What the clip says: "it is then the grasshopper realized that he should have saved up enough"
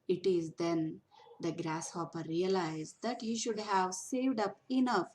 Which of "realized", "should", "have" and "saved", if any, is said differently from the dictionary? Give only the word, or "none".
none